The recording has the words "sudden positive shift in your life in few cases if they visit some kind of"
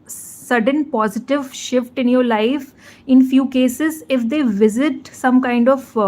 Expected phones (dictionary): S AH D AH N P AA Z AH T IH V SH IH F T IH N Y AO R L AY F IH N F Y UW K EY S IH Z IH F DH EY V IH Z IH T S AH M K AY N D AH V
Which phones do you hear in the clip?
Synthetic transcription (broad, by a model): S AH D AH N P AA Z AH T IH V SH IH F T IH N Y AO R L AY F IH N F Y UW K EY S IH Z IH F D EY V IH Z IH T S AH M K AY N D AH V